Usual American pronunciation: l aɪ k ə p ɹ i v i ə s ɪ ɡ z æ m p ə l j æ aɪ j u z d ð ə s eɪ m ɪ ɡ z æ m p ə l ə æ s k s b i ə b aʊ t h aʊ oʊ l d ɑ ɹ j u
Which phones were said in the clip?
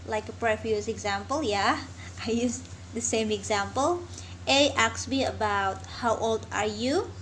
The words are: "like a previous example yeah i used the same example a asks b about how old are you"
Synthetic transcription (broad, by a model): l aɪ k ə p ɹ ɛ f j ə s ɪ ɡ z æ m p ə l j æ aɪ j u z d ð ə s eɪ m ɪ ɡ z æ m p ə l ə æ k s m i ə b aʊ t h aʊ oʊ l d ɑ ɹ j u